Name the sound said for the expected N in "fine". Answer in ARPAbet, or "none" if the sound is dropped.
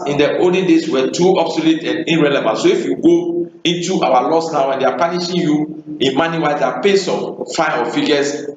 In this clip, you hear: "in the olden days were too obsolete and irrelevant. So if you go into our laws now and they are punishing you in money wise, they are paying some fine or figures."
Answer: none